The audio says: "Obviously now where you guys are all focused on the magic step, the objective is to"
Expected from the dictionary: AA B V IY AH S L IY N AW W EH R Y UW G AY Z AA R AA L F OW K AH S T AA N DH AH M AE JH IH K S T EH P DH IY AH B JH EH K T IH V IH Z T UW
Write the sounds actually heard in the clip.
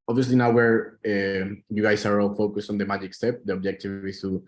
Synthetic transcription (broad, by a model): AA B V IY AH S L IY N AW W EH R Y UW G AY S AA R AA L F OW K AH S T AA N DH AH M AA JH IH K S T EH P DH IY AH B JH EH K T IH V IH S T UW